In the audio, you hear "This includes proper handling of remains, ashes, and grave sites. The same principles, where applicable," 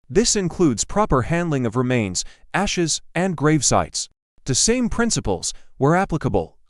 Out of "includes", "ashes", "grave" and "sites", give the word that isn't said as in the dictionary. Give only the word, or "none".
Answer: none